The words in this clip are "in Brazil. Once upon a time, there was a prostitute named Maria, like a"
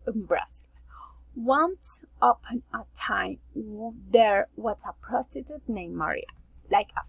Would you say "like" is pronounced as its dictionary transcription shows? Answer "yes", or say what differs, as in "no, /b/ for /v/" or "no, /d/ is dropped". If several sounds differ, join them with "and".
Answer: yes